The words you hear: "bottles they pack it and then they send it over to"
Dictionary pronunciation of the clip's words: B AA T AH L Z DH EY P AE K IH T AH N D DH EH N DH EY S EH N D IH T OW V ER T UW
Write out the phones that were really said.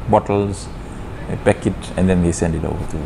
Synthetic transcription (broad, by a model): B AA T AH L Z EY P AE K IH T AH N D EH N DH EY S EH N D IH T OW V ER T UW